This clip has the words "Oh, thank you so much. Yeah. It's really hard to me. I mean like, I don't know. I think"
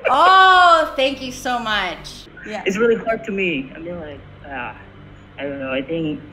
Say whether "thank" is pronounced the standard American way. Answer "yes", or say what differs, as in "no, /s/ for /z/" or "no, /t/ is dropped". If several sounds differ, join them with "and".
yes